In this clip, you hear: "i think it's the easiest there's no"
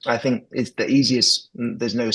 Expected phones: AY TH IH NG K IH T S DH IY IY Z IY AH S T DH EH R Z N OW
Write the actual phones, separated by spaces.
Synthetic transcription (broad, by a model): AY TH IH NG K IH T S DH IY IY Z IY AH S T DH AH R Z N OW